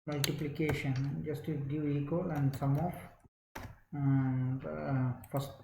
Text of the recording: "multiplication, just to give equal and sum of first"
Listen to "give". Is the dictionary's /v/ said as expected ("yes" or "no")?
no